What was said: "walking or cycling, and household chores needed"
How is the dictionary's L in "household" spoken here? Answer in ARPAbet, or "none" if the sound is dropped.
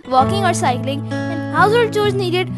none